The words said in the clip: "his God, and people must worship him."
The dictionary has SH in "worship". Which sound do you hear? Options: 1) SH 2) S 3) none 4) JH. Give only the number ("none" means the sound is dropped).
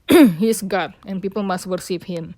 2